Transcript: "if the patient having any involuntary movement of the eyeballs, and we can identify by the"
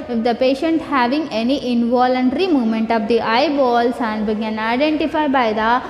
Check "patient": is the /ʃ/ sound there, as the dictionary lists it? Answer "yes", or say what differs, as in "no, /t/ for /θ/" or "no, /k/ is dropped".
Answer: yes